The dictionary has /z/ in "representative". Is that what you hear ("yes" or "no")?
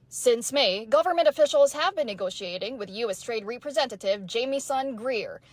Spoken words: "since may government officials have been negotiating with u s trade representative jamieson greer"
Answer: yes